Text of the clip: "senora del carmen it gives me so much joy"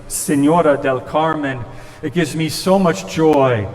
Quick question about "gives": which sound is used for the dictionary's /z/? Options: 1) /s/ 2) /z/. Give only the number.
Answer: 2